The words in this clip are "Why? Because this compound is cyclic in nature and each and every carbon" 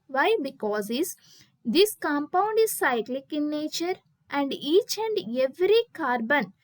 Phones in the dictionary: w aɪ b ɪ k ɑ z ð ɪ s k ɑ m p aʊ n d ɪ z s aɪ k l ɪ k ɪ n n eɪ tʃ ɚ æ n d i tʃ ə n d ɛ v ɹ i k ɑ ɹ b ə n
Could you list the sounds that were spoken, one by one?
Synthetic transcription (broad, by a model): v aɪ b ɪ k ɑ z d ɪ s k ɑ m p aʊ n d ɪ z s aɪ k l ɪ k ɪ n n eɪ tʃ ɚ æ n d i tʃ ə n d ɛ v ɹ i k ɑ ɹ b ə n